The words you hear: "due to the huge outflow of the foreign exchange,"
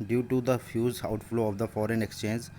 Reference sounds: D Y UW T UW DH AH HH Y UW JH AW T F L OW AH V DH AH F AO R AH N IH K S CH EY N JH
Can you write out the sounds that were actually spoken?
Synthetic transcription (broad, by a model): D Y UW T UW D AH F Y UW Z AW T F L OW AH V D AH F AO R AH N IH K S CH EY N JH